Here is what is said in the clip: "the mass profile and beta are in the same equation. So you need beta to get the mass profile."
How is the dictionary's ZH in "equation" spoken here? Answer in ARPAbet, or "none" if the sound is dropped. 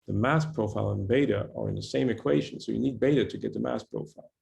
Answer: ZH